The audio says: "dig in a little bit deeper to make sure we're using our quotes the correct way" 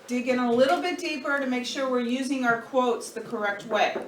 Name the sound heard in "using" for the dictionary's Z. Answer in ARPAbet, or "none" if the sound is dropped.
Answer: Z